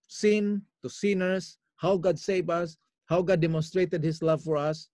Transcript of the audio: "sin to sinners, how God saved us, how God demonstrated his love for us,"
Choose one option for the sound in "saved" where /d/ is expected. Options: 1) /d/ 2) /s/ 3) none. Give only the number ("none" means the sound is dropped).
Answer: 3